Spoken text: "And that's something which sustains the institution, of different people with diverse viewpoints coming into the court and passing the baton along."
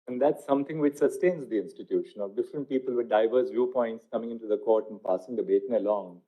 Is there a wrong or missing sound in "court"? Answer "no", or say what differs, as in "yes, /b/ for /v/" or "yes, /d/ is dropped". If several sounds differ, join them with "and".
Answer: no